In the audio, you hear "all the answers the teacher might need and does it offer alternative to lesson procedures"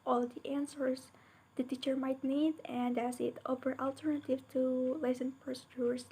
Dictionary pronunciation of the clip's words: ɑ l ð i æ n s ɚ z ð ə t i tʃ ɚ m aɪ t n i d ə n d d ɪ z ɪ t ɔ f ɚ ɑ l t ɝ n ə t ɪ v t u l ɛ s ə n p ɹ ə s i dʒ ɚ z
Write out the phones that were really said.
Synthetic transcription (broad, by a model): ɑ l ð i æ n s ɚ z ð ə t i tʃ ɚ m aɪ t n i d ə n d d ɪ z ɪ t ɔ p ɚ ɑ l t ɝ n ə t ɪ v t u l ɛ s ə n p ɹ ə s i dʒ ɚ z